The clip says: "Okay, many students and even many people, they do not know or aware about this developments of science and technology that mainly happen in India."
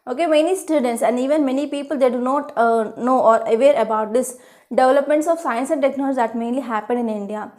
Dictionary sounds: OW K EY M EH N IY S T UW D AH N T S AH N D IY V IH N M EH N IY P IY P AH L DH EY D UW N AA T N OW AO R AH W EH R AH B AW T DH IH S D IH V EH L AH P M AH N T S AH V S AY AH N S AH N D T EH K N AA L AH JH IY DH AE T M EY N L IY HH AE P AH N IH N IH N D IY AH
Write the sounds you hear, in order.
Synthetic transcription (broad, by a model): OW K EY M EH N IY S T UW D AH N T S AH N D IY V IH N M EH N IY P IY P AH L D EY D UW N AA T N OW AO R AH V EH R AH B AW T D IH S D IH V EH L AH P M AH N T S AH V S AY AH N S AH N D T EH K N AA L AH JH IY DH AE T M EY N L IY HH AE P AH N IH N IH N D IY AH